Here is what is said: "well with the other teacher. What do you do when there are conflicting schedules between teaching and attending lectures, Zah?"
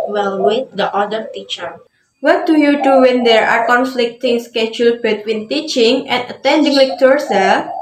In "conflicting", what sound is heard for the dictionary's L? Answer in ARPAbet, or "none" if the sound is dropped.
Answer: L